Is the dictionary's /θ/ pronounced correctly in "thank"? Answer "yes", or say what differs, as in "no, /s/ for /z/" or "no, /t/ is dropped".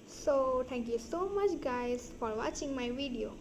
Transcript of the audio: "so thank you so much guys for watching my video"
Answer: no, /t/ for /θ/